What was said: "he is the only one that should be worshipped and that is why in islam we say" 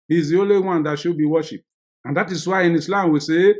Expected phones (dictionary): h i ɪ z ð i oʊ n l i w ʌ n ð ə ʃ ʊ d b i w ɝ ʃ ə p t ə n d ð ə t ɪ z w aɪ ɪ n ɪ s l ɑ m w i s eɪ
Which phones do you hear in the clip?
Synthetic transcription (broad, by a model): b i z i oʊ l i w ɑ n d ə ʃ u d b i w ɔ ʃ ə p ə n d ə t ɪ s w aɪ ɪ n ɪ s l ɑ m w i s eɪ